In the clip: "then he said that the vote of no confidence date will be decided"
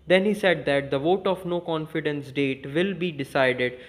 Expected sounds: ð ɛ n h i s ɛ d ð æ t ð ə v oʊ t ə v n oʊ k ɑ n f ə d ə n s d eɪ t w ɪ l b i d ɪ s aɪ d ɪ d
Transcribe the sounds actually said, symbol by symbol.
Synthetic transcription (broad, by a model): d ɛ n h i s ɛ d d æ t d ə v oʊ t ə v n oʊ k ɑ n f ə d ə n s d eɪ t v ɪ l b i d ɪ s aɪ d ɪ d